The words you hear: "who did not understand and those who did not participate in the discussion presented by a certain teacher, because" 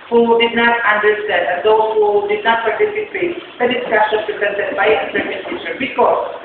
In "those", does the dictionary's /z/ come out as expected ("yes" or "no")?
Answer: no